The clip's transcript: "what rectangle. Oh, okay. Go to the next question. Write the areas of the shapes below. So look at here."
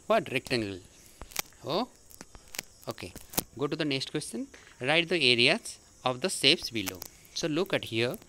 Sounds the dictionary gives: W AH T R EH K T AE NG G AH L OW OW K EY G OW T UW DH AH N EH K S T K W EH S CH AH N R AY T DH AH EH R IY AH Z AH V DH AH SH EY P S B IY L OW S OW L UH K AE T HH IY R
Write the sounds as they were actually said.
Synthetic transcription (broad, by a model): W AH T R EH K T AE NG G AH L OW OW K EY G OW T UW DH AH N EH K S T K W EH S CH AH N R AY T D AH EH R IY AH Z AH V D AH S EY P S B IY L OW S OW L UH K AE T HH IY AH